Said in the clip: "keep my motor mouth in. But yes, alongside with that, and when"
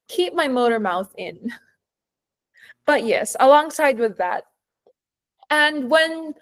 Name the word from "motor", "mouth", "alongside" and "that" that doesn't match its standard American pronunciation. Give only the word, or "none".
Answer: none